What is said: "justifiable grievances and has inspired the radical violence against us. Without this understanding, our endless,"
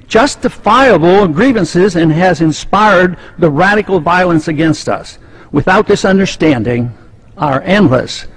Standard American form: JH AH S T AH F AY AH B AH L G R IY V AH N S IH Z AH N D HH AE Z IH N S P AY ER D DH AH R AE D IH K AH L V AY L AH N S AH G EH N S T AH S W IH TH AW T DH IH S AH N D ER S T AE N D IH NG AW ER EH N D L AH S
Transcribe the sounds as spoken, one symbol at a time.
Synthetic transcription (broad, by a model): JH AH S T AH F AY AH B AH G R IY V AH N S IH Z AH N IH Z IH N S P AY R D DH AH R AE D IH K L V AY L AH N S AH G EH N S T AH S W IH TH AW T DH IH S AH N D ER S T AE N D IH NG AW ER EH N D L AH S